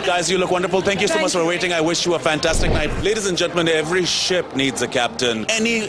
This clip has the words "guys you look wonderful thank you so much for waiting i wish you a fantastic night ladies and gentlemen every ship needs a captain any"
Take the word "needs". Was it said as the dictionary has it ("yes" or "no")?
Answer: yes